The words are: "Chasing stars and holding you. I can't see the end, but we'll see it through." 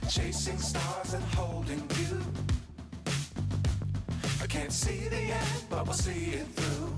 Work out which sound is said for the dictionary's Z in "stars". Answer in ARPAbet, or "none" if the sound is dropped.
Z